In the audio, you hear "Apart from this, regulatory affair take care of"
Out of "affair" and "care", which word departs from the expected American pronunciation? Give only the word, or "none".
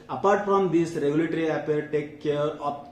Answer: affair